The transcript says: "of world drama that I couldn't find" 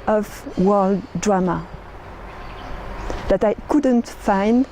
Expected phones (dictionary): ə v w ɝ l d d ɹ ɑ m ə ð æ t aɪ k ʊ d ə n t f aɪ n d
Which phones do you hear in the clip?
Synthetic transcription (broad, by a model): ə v w ɝ l d d ɹ ɑ m ə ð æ t aɪ k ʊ d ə n t f aɪ n d